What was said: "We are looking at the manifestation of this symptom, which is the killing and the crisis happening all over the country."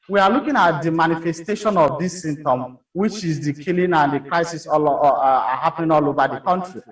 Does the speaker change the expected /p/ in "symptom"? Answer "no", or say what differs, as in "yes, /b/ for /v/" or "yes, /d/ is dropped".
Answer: yes, /p/ is dropped